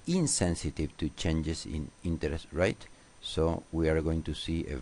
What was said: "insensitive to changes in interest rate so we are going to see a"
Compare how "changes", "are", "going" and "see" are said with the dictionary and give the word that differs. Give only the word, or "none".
changes